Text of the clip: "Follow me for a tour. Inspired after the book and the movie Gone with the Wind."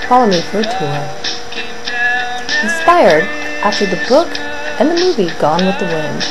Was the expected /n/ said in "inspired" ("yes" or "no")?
no